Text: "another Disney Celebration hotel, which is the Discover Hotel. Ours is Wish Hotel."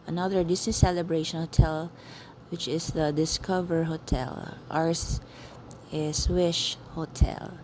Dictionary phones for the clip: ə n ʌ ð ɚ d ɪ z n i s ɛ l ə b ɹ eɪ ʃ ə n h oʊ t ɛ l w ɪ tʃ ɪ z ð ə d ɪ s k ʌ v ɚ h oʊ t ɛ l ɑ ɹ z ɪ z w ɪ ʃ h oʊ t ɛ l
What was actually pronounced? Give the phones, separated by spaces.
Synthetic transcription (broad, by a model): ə n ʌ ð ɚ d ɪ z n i s ɛ l ə b ɹ eɪ ʃ ə n h oʊ t ɛ l w ɪ tʃ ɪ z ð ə d ɪ s k ʌ v ɚ h oʊ t ɛ l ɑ ɹ s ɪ s w ɪ ʃ h oʊ t ɛ l